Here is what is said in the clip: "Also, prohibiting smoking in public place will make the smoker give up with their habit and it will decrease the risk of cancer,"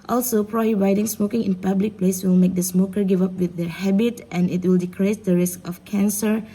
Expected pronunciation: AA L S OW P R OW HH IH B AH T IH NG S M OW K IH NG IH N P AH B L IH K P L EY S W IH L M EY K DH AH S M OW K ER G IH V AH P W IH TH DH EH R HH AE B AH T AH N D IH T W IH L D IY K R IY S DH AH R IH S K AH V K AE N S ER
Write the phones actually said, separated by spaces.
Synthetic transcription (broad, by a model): AA L S OW P R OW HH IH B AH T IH NG S M OW K IH NG IH N P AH B L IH K P L EY S W IH L M EY K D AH S M OW K ER G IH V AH P W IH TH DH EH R HH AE B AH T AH N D IH T W IH L D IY K R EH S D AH R IH S K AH F K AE N S ER